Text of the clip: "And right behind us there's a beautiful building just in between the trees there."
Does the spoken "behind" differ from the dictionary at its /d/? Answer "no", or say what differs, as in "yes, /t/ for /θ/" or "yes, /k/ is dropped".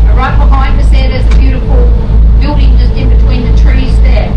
yes, /d/ is dropped